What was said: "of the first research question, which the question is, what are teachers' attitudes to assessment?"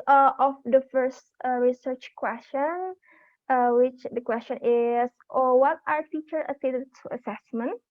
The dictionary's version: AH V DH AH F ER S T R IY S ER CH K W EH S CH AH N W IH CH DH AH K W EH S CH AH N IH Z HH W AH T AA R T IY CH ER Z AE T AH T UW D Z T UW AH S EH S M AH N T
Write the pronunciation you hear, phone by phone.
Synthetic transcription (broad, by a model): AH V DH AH F ER S T R IY S ER CH K W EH S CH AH N W IH CH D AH K W EH S CH AH N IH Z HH W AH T AA R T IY CH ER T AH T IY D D T UW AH S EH S M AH N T